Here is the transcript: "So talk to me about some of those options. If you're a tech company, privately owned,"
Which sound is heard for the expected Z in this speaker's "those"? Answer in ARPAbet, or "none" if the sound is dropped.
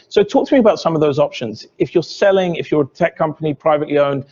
Z